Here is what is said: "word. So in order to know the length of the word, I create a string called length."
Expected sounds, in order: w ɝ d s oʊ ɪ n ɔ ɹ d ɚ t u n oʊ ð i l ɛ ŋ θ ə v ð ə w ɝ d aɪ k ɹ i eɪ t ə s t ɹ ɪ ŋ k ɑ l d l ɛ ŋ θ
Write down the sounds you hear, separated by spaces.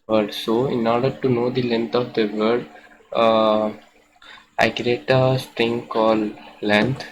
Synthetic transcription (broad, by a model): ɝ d s oʊ ɪ n ɔ ɹ d ɚ t u n oʊ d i l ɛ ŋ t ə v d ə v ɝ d aɪ k ɹ i eɪ t ə s t ɹ ɪ ŋ k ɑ l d l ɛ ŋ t